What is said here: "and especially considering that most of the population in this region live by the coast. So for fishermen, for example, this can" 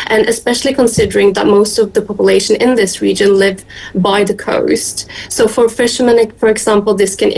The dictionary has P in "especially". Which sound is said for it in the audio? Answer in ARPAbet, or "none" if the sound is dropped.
P